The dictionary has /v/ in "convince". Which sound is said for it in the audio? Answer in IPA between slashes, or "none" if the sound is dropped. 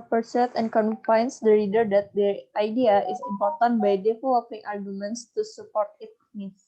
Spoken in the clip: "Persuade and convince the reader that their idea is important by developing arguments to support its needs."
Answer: /f/